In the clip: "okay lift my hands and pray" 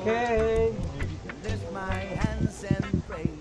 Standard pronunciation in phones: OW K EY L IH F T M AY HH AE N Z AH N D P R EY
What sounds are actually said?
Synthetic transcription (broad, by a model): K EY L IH T M AY HH AE N Z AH N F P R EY